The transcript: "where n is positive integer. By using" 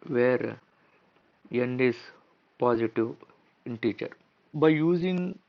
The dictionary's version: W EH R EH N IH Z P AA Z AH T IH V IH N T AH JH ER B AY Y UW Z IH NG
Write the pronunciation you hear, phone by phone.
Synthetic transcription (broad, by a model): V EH R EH N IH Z P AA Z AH T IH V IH N T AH CH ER B AY Y UW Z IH NG